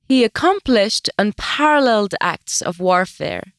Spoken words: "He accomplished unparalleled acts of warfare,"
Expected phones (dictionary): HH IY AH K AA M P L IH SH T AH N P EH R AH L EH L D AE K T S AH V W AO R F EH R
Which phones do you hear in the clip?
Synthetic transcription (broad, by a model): HH IY AH K AA M P L IH SH T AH N P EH R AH L EH L D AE K T S AH V W AO R F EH R